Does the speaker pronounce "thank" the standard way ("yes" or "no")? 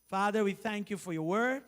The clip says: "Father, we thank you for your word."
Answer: yes